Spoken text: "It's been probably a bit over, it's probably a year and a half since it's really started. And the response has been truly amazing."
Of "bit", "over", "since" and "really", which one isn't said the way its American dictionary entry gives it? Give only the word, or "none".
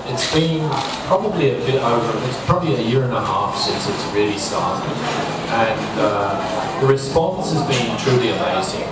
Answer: none